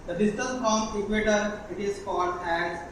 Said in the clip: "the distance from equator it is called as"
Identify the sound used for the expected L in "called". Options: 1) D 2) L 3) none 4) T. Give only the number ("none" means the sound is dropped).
3